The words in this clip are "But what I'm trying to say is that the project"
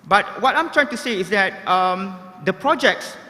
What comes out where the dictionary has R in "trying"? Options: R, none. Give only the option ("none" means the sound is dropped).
R